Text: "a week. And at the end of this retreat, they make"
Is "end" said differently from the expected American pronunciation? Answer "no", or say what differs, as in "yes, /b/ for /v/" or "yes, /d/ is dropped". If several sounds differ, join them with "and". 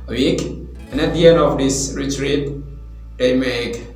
yes, /d/ is dropped